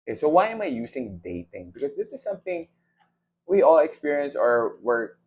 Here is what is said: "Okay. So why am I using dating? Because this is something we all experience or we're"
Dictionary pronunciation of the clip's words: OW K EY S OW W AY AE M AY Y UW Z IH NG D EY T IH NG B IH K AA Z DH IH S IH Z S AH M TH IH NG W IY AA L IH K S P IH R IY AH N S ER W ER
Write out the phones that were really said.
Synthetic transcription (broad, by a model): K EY S OW W AY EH M AY Y UW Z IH NG D EY T IH NG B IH K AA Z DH IH S IH Z S AH M TH IH NG W IY AA L IH K S P IH R IY AH N S ER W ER